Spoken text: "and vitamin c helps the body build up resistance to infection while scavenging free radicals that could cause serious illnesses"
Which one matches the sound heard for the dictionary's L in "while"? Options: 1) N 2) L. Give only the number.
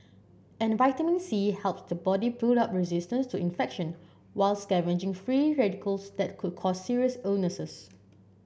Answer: 2